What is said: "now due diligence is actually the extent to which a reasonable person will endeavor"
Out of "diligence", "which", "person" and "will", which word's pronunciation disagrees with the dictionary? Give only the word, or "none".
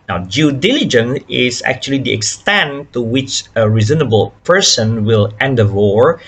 diligence